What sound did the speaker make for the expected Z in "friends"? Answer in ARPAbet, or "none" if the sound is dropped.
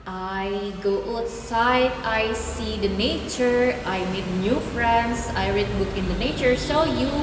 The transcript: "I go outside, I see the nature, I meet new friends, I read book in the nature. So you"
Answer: S